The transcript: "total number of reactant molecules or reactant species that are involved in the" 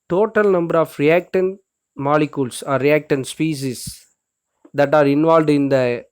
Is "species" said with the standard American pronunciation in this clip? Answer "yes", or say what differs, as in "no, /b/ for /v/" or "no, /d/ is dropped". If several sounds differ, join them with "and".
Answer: no, /s/ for /ʃ/